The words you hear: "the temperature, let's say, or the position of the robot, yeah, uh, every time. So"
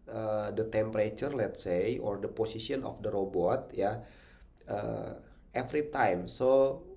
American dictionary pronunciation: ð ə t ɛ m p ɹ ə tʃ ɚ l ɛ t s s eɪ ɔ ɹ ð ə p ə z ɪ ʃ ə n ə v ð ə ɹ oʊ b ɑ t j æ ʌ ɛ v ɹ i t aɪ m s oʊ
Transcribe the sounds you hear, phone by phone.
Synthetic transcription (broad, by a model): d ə t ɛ m p ɹ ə tʃ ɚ l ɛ t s s eɪ ɔ ɹ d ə p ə s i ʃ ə n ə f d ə ɹ oʊ b ɑ t j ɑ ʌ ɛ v ɹ i t aɪ m s oʊ